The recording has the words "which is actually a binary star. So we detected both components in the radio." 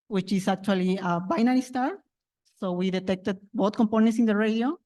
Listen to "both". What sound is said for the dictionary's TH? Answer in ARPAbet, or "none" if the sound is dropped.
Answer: T